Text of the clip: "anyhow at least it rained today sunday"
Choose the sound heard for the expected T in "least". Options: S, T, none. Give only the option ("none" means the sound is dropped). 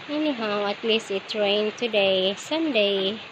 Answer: none